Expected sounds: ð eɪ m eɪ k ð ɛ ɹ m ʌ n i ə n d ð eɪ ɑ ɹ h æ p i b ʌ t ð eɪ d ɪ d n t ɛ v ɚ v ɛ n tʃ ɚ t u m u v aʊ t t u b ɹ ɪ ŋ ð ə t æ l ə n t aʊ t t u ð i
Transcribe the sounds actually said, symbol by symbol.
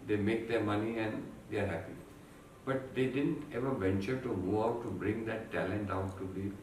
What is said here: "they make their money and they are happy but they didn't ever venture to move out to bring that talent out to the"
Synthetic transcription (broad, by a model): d eɪ m eɪ k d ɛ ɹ m ʌ n i ə n d eɪ ɑ ɹ h æ p i b ʌ t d eɪ d ɪ d n t ɛ v ɚ v ɛ n tʃ ɚ t u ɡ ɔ aʊ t t u b ɹ ɪ ŋ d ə t æ l ə n t aʊ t t u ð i